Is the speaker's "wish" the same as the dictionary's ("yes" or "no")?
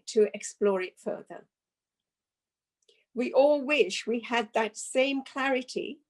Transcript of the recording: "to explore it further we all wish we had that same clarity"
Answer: yes